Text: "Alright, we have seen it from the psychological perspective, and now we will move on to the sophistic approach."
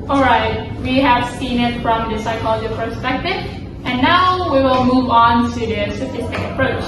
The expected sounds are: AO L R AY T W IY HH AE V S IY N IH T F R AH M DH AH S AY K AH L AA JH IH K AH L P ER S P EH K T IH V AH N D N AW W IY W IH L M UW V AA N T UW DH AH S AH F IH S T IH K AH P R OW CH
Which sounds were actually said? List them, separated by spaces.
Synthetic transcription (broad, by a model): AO L R AY T W IY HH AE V S IY N IH T F R AH M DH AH S AY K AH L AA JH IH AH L P ER S P EH K T IH V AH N N AW W IY W IH L M UW V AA N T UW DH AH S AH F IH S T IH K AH P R OW CH